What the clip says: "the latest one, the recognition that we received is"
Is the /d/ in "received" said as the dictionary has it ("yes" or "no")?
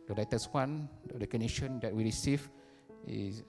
no